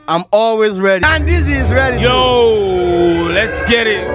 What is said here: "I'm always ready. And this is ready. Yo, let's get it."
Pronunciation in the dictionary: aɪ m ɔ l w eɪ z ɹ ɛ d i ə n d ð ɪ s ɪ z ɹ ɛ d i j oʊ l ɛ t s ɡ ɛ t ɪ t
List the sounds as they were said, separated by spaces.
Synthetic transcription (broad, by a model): aɪ m ɔ l w eɪ z ɹ ɛ d i ə n d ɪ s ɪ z ɹ ɛ d i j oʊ l ɛ t s ɡ ɛ t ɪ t